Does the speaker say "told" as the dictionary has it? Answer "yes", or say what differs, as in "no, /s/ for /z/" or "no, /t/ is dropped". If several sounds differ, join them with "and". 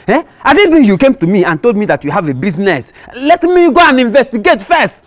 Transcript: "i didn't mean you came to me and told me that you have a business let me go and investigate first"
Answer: yes